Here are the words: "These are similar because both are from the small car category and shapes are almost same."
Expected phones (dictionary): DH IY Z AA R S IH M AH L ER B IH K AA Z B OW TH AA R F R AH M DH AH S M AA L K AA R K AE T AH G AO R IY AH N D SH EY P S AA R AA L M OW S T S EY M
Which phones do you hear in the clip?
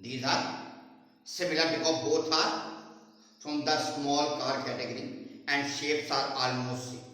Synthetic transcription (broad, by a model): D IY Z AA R S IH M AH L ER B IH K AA B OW T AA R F R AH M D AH S M AA L K AA R K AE T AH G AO R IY AH N D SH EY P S AA R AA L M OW S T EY